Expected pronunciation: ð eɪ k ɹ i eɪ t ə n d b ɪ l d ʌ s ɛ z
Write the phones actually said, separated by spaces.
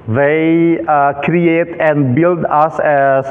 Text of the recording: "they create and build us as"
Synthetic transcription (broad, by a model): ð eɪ k ɹ i eɪ t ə n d b ɪ l d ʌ s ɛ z